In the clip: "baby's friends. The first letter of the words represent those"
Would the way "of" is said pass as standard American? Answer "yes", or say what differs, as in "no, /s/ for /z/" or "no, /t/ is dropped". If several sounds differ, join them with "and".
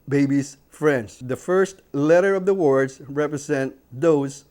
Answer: yes